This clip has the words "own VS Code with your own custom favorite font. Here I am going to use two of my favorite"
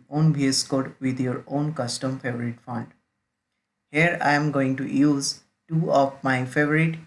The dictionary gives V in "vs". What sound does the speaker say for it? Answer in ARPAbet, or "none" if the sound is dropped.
B